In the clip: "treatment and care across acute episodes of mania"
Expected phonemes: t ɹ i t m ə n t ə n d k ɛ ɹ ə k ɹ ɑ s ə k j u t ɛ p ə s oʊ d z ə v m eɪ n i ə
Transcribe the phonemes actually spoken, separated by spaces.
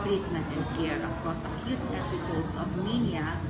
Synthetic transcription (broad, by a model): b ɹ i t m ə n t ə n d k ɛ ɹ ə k ɑ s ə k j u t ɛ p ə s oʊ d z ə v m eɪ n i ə